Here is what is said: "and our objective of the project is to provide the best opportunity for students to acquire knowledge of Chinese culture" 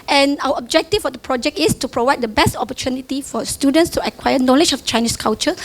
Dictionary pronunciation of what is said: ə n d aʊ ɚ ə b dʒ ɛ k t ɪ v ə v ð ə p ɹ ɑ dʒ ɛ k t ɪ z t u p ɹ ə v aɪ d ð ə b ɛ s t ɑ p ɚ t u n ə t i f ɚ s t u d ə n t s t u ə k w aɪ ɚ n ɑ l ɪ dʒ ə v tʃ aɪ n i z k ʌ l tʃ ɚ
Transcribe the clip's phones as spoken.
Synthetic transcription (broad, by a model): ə n aʊ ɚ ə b dʒ ɛ k t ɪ f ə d ə p ɹ ɑ dʒ ɛ k t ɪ s t u p ɹ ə v aɪ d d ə b ɛ s t ɑ p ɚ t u n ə t i f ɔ s t u d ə n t s t u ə k w aɪ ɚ n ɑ l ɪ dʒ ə f tʃ aɪ n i s k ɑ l tʃ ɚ